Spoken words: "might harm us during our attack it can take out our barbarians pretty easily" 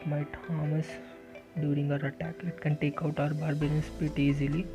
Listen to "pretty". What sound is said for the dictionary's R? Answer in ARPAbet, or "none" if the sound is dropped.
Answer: none